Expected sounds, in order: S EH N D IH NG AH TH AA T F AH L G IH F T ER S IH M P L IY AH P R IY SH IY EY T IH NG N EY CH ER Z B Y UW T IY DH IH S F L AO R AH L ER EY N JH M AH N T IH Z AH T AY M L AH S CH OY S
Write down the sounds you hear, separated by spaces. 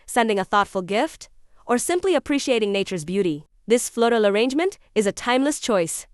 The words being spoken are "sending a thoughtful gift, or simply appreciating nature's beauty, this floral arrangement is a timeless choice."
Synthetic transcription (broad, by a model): S EH N D IH NG AH TH AA T F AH L G IH F T ER S IH M P L IY AH P R IY SH IY EY T IH NG N EY CH ER Z B Y UW T IY DH IH S F L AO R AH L ER EY N JH M AH N T IH Z AH T AY M L AH S CH OY S